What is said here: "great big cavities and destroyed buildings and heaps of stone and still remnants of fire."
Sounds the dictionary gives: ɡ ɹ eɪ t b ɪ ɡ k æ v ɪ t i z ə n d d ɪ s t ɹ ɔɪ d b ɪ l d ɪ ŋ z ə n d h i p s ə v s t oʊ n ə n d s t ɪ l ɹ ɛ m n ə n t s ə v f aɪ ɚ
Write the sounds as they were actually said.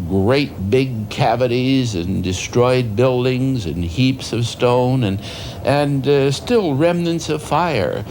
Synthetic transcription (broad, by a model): ɡ ɹ eɪ t b ɪ ɡ k æ v ɪ t i z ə n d d ɪ s t ɹ ɔɪ d b ɪ l d ɪ ŋ z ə n h i p s ə v s t oʊ n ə n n s t ɪ l ɹ ɛ m n ə n t s ə v f aɪ ɚ